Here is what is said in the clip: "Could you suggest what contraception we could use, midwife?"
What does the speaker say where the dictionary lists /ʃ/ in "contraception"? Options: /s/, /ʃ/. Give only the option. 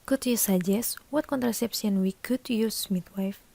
/s/